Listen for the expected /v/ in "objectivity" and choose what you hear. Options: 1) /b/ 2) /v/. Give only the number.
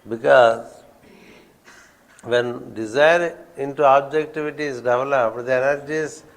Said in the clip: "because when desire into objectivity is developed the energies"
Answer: 2